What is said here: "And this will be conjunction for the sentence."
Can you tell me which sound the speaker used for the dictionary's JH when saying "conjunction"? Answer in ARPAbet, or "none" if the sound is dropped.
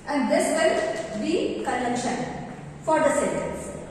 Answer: none